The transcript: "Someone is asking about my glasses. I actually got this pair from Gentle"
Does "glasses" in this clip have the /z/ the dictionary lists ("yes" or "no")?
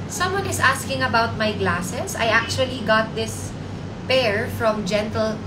no